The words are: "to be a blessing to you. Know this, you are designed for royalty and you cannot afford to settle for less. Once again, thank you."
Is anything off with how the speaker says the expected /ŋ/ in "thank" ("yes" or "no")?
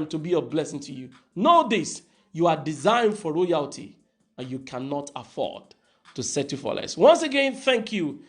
no